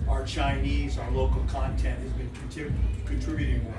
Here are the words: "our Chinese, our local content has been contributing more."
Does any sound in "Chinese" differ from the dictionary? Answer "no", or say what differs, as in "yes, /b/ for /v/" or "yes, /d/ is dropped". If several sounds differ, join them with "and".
no